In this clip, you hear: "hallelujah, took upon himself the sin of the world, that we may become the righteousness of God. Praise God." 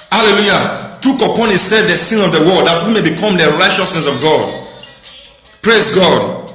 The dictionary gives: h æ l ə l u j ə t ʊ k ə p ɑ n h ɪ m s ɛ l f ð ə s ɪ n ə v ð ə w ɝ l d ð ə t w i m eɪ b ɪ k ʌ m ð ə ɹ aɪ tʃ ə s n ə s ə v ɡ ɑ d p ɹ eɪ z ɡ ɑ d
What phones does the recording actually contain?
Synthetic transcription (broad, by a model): h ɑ l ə l u j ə t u k ə p ɑ n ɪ s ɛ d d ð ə s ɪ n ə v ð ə w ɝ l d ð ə t w i m eɪ b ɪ k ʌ m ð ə ɹ aɪ tʃ ə s n ə s ə v ɡ ɑ d p ɹ eɪ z ɡ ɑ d